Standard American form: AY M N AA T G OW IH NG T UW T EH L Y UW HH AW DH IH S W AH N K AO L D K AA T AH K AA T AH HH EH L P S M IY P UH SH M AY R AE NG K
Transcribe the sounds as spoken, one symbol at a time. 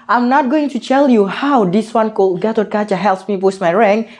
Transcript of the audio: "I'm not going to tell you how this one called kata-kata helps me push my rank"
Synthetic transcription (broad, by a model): AY M N AA T G OW IH NG T UW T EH L Y UW HH AW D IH S W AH N K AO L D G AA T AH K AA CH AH HH EH L P S M IY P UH S M AY R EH NG